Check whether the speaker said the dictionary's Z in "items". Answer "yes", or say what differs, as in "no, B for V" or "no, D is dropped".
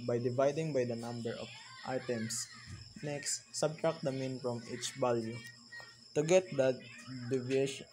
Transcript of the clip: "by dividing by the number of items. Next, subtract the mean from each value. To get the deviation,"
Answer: no, S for Z